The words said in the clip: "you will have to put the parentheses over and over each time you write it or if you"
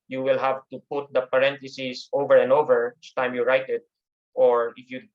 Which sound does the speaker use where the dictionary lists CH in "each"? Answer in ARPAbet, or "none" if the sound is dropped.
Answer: S